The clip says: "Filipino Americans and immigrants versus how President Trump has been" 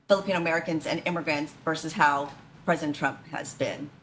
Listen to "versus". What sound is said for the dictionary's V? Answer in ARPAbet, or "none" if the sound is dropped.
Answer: V